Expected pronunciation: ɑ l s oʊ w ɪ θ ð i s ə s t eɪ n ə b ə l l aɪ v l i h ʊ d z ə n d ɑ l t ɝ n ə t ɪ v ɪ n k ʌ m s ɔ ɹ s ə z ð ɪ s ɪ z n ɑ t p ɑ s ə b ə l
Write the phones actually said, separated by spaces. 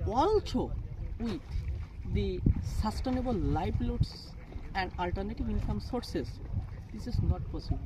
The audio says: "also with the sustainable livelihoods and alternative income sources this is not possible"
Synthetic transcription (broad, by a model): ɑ l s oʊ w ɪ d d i s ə s t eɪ n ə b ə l l aɪ p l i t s ə n d ɑ l t ɝ n ə t ɪ v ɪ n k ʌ m s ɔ ɹ s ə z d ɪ s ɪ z n ɑ t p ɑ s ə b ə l